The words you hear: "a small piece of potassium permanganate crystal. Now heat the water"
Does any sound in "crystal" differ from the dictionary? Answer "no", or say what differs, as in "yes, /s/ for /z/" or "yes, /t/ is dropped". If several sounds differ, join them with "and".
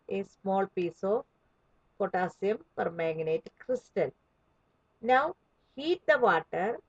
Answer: no